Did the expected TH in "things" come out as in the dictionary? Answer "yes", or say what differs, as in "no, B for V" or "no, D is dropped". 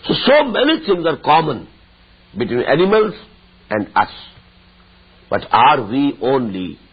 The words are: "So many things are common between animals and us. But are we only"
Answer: no, T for TH